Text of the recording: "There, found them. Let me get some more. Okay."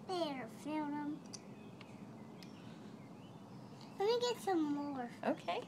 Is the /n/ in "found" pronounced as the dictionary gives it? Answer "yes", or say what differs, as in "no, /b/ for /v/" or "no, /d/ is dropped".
no, /l/ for /n/